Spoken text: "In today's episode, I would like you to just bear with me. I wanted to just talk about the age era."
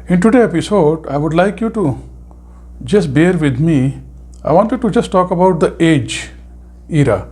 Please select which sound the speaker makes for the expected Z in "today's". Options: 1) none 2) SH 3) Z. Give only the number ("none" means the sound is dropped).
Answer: 1